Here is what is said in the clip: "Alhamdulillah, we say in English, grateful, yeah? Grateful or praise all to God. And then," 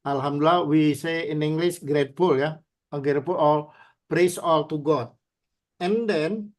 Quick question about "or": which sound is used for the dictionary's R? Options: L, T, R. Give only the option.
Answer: L